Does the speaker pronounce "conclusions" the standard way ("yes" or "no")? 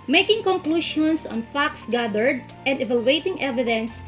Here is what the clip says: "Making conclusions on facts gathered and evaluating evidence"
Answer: no